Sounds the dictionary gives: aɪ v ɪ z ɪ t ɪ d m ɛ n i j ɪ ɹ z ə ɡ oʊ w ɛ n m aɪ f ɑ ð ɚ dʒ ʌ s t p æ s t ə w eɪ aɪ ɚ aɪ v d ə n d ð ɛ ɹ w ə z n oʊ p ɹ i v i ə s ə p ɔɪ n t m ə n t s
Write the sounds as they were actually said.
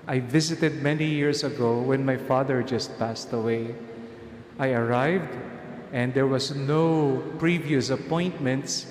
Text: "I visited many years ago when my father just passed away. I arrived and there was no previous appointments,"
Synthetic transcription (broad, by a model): aɪ v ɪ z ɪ t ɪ d m ɛ n i j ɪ ɹ s ə ɡ oʊ w ɛ n m aɪ f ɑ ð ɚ dʒ ʌ s t p æ s t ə w eɪ aɪ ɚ aɪ v d ə n d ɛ ɹ w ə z n oʊ p ɹ i v i ə s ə p ɔɪ n t m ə n t s